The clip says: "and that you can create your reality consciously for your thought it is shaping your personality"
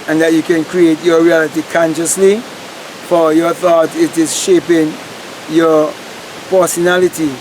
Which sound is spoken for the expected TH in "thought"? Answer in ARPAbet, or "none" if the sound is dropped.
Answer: TH